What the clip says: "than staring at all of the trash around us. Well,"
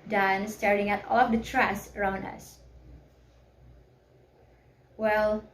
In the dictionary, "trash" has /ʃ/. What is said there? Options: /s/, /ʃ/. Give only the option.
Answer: /s/